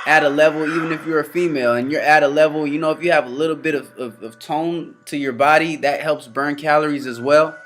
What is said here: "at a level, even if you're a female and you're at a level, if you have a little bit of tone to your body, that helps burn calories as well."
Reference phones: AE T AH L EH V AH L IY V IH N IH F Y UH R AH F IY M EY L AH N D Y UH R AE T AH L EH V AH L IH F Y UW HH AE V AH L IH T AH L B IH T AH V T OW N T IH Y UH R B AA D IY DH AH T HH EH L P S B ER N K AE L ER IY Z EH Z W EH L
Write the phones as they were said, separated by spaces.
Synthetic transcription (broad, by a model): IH T AH L EH V L IY V IH N IH F Y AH R AH F IY M EY L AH N Y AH R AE T AH L EH V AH N IH F Y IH V AH L IH T L B IH T AH V T OW N T IH Y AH R B AA D IY DH AH T HH EH L P S B ER N K AE L ER IY Z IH Z W EH L